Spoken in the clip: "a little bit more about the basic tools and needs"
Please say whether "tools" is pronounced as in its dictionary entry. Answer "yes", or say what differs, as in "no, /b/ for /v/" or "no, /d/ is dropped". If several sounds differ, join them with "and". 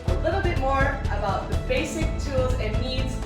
yes